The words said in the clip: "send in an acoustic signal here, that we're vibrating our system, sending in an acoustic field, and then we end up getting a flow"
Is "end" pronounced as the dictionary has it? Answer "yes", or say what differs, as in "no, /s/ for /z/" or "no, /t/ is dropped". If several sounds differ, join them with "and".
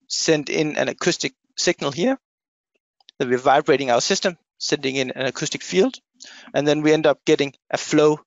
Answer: yes